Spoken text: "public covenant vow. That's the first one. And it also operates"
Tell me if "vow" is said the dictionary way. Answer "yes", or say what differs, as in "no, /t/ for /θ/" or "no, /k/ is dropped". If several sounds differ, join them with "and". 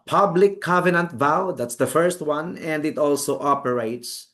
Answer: yes